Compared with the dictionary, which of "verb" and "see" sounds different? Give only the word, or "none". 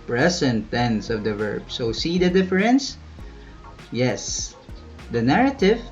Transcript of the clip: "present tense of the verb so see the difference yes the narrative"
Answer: none